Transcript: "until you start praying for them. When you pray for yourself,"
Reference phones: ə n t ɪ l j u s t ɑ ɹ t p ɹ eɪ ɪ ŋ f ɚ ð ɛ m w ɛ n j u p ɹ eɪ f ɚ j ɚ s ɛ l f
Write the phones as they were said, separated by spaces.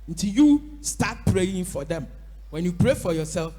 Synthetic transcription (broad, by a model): n t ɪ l j u s t ɑ t p ɹ eɪ ɪ ŋ f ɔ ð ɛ m w ɛ n j u p ɹ eɪ f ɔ j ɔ s ɛ l f